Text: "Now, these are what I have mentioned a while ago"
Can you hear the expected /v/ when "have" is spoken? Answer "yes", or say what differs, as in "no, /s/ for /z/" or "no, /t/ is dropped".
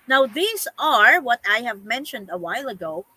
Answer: yes